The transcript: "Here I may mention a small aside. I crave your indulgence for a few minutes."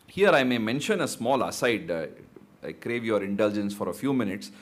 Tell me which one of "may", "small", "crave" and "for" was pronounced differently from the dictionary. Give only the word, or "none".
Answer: none